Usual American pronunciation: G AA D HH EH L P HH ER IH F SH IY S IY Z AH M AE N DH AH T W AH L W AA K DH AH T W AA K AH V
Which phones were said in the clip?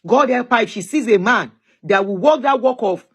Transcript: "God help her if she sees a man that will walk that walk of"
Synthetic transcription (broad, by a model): G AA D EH P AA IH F SH IY S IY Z AH M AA N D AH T W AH W AA K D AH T W AA K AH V